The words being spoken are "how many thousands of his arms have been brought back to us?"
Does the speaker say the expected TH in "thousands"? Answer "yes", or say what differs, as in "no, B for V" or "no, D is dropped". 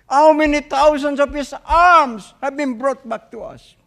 no, T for TH